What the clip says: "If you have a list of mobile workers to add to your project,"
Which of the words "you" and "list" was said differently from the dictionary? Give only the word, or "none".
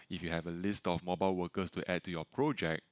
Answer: none